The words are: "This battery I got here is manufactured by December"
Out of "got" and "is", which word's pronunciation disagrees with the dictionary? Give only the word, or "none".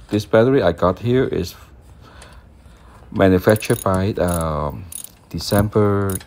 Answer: is